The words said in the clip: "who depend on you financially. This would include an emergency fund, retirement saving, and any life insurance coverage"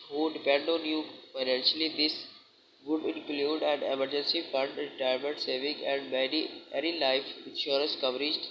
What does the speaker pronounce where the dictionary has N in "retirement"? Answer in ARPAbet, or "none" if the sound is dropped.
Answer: none